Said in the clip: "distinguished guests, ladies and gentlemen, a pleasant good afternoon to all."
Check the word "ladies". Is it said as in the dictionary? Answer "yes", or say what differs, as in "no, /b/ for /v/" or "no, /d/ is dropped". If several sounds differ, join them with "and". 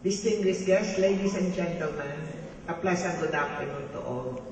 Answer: no, /s/ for /z/